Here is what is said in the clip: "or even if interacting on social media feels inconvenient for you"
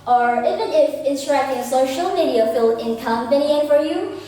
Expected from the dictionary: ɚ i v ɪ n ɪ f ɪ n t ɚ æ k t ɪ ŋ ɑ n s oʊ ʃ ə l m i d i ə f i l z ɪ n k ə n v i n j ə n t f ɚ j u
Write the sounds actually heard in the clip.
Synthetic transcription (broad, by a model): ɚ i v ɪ n ɪ f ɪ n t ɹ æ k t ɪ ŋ s oʊ ʃ ə l m i d i ə f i l ɪ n k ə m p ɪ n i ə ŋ f ɚ j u